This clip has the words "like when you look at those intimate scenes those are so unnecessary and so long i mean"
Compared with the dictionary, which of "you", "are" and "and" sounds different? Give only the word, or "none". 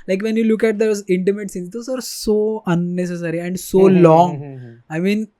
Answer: none